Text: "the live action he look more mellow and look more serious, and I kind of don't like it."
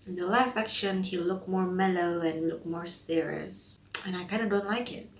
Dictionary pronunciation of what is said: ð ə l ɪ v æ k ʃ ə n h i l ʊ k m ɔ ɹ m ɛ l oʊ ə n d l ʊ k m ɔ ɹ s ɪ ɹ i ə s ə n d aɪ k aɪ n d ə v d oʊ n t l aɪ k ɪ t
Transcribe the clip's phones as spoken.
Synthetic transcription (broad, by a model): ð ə l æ f æ k ʃ ə n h i l ʊ k m ɔ ɹ m ɛ l oʊ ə n l ʊ k m ɔ ɹ s ɪ ɹ i ə s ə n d aɪ k aɪ n d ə d oʊ n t l aɪ k ɪ t